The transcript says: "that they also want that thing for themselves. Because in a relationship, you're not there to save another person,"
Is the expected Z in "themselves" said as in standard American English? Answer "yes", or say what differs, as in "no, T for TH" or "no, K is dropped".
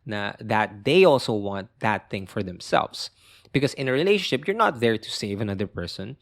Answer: no, S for Z